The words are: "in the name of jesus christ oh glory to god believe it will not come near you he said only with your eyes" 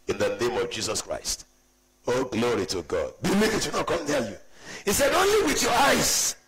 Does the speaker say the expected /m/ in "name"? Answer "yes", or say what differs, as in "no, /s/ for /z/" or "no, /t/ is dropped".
yes